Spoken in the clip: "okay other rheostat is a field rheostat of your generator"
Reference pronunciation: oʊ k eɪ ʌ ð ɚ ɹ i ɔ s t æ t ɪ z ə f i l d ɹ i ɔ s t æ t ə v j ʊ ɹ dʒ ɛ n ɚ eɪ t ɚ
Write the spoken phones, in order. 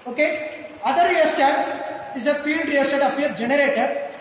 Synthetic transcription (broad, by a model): oʊ k eɪ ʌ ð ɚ ɹ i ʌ s t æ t ɪ z ə f i l d ɹ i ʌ s t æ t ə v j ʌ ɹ dʒ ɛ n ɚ eɪ t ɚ